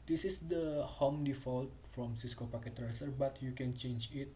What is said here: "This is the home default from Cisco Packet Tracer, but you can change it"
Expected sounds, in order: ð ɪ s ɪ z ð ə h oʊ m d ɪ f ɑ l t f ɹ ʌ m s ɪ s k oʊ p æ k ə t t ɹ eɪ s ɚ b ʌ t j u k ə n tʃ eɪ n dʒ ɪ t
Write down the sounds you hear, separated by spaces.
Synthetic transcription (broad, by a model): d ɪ s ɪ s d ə h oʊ m d ɪ f ɑ l t f ɹ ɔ m s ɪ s k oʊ p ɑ k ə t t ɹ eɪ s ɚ b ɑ t j u k ə n tʃ eɪ n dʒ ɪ t